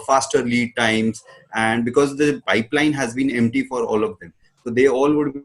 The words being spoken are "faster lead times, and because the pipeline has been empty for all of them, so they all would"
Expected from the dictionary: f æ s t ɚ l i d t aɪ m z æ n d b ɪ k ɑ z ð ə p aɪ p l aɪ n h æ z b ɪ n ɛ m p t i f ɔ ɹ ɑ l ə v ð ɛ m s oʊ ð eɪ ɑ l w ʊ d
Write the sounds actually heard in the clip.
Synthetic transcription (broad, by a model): f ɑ s t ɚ l i d t aɪ m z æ n d b ɪ k ɑ z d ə p aɪ p l aɪ n h æ z b ɪ n ɛ m p t i f ɔ ɹ ɑ l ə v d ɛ m s oʊ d eɪ ɑ l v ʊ d